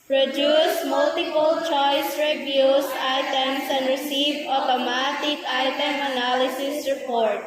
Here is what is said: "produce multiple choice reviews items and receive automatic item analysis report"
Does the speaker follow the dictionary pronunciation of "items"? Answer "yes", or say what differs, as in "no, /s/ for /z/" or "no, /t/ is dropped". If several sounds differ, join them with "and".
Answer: no, /s/ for /z/